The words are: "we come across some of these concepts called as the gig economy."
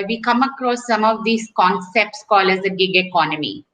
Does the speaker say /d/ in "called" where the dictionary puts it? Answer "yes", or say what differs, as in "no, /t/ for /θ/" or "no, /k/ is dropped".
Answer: no, /d/ is dropped